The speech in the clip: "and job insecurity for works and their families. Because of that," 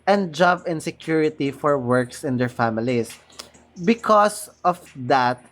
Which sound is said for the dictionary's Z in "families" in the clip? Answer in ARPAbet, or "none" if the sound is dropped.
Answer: S